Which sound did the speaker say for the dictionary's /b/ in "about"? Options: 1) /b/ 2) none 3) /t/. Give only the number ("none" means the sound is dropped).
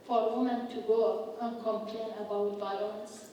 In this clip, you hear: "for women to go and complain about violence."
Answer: 1